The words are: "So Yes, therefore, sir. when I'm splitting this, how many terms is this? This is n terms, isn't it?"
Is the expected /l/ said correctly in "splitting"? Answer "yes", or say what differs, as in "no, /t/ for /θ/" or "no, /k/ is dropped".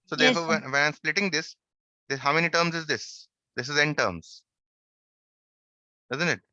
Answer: yes